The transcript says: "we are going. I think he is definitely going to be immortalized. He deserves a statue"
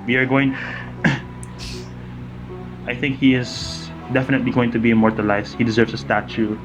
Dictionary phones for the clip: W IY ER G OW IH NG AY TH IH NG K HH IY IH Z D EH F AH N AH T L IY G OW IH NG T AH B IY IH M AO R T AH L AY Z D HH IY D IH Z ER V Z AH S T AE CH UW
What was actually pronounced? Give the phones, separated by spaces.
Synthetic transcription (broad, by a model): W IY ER G OW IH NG AY TH IH NG K HH IY IH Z D EH F AH N AH T L IY G OW IH NG T AH B IY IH M AO R T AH L AY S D HH IY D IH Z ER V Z AH S T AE CH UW